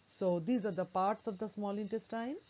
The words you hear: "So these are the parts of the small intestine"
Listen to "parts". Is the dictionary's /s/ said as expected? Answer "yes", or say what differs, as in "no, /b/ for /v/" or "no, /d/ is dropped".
yes